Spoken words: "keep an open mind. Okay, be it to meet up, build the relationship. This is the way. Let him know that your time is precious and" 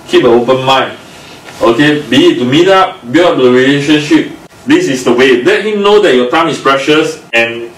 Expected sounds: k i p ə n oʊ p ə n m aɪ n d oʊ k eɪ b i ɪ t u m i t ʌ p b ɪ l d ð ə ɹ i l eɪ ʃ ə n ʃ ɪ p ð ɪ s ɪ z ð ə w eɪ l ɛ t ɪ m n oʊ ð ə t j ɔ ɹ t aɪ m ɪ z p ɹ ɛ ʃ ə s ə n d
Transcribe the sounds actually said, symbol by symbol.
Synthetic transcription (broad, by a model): k i p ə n oʊ p ə n m aɪ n oʊ k eɪ b i ɪ t u m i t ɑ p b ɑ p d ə ɹ i l eɪ ʃ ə n ʃ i p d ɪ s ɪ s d ə w eɪ l ɛ t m n oʊ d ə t j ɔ t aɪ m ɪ s p ɹ ɛ ʃ ə s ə n